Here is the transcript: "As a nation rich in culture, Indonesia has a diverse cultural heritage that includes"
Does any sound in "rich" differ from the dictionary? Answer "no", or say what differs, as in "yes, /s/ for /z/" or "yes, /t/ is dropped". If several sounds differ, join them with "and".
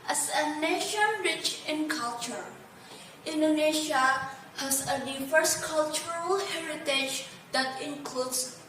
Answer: no